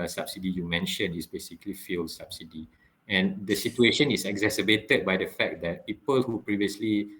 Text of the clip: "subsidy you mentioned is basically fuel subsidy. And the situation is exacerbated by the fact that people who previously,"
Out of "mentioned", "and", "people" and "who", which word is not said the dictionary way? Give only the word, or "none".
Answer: mentioned